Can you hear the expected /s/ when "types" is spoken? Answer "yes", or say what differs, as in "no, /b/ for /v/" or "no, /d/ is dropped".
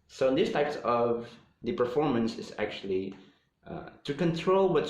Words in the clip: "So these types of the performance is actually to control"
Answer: yes